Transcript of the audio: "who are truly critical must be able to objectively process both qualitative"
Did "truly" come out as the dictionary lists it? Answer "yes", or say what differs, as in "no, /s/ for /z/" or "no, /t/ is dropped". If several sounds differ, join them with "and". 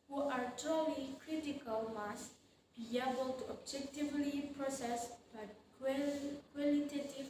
no, /ɹ/ is dropped